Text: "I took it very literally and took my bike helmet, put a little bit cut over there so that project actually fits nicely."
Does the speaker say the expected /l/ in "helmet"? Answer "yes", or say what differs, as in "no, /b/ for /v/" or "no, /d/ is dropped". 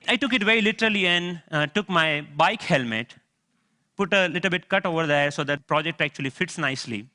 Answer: yes